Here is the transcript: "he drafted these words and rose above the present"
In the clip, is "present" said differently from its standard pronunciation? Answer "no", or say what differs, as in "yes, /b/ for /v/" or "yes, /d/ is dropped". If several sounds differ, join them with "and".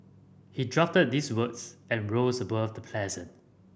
yes, /l/ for /ɹ/